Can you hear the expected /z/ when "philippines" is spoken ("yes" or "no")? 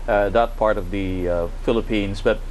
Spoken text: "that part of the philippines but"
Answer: yes